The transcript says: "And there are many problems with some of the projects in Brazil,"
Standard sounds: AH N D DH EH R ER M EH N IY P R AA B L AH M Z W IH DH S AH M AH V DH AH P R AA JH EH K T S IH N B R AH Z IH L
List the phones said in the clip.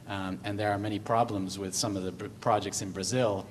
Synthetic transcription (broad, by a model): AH N DH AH R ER M EH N IY P R AA B L AH M Z W IH DH S AH M AH V DH AH P R AA JH EH K T S IH N B R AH Z IH L